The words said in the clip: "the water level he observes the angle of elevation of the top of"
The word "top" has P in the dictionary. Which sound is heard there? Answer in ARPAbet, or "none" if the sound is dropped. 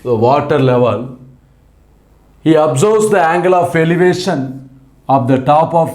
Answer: P